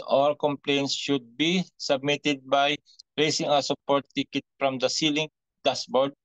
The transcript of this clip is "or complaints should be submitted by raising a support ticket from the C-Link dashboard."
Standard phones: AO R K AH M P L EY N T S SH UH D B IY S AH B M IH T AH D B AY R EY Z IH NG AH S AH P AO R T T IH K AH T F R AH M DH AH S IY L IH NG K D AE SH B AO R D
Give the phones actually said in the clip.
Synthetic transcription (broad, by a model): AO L K AH M P L EY N T S SH UH D B IY S AH B M IH T AH D B AY R EY S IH NG AH S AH P AO R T T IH K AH T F R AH M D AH S IY L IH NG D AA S B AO R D